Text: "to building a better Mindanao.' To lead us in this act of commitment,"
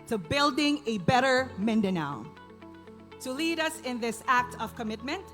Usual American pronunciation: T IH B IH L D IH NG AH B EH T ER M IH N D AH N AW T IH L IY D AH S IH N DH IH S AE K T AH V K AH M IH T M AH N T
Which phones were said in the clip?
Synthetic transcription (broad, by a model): T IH B IH L D IH NG AH B EH T ER M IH N D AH N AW T IH L IY D AH S IH N DH IH S AE K T AH V K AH M IH T M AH N T